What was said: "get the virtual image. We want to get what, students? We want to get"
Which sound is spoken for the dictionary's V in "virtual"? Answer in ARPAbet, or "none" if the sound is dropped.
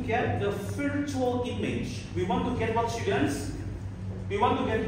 P